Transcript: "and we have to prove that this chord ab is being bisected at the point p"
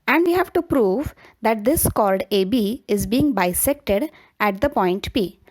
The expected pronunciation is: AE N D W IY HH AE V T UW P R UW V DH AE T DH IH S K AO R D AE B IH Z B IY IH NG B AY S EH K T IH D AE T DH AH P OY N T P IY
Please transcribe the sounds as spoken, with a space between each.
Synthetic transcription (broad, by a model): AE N D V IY HH AE V T UW P R UW V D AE T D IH S K AO L D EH B IH Z B IY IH NG B AY S EH K T IH D AE T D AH P OY N T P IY